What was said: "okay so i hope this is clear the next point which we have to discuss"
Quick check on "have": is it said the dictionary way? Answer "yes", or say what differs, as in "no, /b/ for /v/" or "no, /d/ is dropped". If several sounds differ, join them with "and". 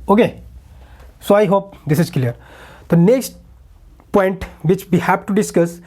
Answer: no, /p/ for /v/